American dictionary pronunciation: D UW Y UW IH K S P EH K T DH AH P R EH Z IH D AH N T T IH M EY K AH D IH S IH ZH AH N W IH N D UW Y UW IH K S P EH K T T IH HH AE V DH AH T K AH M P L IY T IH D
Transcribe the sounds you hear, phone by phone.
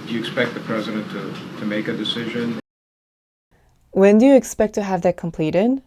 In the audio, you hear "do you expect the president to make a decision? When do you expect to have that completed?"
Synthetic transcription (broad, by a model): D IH Y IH K S P EH K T DH AH P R EH Z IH D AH N T T IH M EY K AH D IH S IH ZH AH N W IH N D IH Y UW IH K S P EH K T T IH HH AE V DH AH T K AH M P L IY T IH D